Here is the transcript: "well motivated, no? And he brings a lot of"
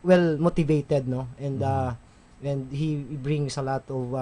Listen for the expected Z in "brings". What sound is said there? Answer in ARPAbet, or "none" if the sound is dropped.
S